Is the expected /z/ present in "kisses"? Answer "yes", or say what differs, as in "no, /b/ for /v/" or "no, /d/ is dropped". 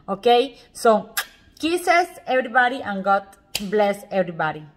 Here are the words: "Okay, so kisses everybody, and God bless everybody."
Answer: no, /s/ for /z/